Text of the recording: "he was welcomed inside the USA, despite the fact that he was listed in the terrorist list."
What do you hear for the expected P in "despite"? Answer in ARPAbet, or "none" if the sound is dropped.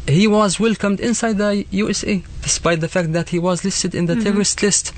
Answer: P